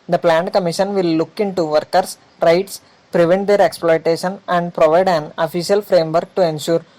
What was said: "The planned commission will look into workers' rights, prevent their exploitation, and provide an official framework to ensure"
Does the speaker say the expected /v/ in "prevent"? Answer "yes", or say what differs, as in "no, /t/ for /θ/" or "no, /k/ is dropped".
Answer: yes